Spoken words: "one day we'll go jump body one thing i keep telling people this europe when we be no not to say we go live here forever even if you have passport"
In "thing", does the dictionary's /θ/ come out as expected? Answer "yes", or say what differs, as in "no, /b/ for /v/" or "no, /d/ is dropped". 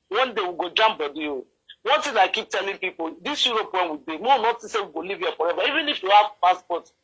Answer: no, /t/ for /θ/